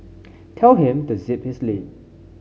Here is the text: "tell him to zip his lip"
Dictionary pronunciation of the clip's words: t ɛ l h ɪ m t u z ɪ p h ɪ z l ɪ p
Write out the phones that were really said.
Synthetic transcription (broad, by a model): t ɛ l h ɪ m t u z ɪ p h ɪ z l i